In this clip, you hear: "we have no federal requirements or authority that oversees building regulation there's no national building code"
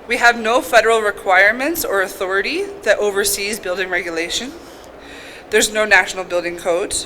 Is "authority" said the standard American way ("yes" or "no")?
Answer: yes